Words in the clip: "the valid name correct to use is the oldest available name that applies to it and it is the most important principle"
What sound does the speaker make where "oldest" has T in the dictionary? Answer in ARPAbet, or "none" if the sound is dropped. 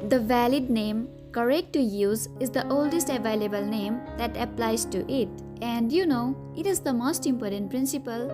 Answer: T